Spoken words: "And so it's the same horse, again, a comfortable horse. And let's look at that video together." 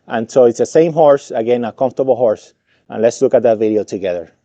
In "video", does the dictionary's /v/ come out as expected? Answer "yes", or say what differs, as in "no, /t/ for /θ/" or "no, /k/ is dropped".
yes